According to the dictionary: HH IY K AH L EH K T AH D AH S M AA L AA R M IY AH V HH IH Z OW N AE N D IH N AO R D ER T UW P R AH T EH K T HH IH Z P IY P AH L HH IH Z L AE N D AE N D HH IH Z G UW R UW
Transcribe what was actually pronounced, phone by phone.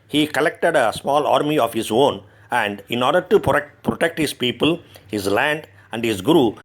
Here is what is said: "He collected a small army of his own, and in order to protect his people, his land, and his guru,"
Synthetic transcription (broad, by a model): HH IY K AH L EH K T AH D AH S M AA L AA R M IY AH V HH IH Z OW N AE N D IH N AO R D ER T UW P R AH T EH K T HH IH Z P IY P AH L HH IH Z L AE N D AE N D HH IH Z G R UW